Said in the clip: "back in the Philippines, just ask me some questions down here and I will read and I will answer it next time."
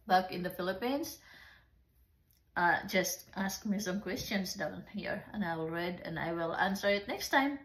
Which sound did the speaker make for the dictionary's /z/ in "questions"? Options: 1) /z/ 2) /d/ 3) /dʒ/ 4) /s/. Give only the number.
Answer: 4